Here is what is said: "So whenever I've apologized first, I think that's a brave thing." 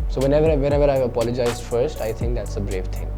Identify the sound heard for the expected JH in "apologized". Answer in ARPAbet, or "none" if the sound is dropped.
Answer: JH